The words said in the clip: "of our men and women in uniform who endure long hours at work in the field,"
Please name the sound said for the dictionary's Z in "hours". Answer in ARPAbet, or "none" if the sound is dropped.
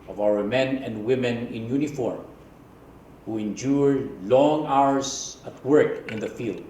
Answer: S